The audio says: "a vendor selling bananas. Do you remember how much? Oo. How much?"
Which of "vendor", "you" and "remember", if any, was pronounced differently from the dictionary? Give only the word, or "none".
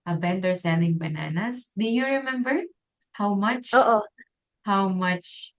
vendor